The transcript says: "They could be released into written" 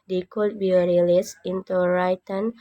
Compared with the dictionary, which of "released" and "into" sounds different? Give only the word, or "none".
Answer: released